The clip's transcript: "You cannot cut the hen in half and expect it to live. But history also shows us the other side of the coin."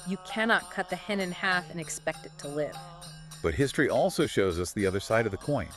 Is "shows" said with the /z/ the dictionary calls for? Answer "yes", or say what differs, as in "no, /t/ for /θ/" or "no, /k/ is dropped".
yes